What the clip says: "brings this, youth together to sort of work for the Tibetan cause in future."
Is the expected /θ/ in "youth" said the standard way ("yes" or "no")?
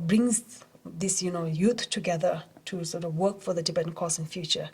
no